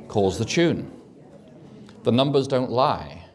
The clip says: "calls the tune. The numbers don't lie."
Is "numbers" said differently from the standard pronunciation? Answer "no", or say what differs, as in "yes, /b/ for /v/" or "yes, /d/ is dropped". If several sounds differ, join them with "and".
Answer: no